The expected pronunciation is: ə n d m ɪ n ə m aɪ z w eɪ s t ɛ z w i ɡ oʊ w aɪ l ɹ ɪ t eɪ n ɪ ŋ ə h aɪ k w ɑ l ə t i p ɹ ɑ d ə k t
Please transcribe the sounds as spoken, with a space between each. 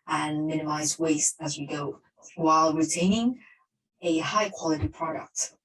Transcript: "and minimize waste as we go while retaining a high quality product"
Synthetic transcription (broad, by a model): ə n m ɪ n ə m aɪ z w eɪ s t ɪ z w i ɡ oʊ w aɪ l ɹ ɪ t eɪ n ɪ ŋ ə h aɪ k w ɑ l ə t i p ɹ ɑ d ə k t